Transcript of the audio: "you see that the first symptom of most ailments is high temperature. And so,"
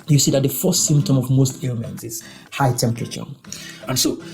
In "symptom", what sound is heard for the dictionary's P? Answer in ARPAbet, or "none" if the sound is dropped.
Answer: P